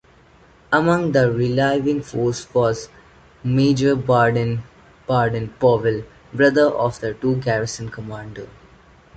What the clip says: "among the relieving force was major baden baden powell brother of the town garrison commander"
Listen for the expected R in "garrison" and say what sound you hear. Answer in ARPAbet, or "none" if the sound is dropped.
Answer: R